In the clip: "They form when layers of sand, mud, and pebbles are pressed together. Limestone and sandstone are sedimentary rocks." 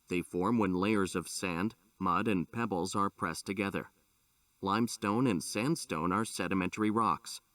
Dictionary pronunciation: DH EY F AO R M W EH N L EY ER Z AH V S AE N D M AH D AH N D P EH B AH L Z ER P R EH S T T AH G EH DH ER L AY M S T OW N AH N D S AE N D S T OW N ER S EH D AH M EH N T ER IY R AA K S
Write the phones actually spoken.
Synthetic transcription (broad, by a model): DH EY F AO R M W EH N L EY ER Z AH V S AE N D M AH D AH N P EH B L Z ER P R EH S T T AH G EH DH ER L AY M S T OW N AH N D S AE N D S T OW N ER S EH D AH M EH N T ER IY R AA K S